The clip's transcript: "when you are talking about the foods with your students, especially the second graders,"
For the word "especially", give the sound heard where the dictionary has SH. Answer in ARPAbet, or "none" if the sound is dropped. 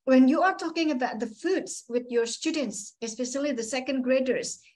S